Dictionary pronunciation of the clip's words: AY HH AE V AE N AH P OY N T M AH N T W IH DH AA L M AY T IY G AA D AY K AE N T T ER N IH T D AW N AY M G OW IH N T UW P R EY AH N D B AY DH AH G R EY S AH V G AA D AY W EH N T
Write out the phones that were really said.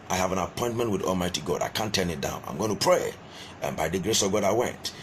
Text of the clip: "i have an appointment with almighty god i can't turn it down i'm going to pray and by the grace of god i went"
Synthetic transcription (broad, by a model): AY HH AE V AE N AH P OY N T M AH N T W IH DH AA L M AY T IY G AA D AY K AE N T T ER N IH T D AW N AY M G OW IH N T UW P R EY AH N B AY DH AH G R EY S AH V G AA D AY W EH N T